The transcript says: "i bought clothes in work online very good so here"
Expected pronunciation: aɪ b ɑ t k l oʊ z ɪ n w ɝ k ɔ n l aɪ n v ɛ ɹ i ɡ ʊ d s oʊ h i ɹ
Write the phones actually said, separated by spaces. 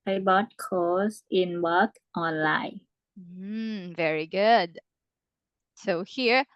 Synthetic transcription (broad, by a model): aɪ b ɑ t k oʊ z ɪ n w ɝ k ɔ n l aɪ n v ɛ ɹ i ɡ ʊ d s oʊ h i ɹ